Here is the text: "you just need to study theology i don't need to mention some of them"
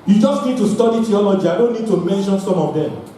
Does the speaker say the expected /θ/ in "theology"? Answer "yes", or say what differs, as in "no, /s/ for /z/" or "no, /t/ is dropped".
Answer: no, /t/ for /θ/